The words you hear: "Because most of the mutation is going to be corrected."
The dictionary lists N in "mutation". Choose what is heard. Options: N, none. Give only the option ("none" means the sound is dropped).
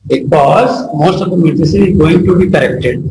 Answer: none